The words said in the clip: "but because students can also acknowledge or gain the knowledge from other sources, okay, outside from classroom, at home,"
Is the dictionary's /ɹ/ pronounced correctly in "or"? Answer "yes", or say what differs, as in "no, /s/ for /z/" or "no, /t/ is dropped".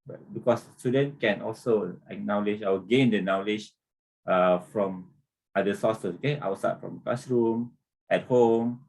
no, /w/ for /ɹ/